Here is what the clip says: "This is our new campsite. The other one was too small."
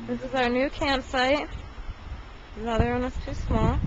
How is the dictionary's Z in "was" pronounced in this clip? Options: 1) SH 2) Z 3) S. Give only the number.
3